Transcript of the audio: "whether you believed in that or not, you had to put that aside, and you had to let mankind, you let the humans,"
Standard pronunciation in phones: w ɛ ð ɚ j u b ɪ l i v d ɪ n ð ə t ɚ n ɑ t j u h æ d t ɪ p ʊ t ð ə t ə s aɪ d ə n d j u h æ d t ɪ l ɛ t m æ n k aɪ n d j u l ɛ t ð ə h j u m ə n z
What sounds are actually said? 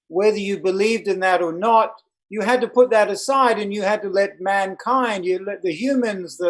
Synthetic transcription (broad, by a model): w ɛ ð ɚ j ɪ b ɪ l i v d ɪ n ð ə t ɚ n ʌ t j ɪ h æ d t ɪ p ʊ t ð ə t ə s aɪ d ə n j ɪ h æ d t ɪ l ɛ t m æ n k aɪ n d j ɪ l ɛ t ð ə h j u m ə n z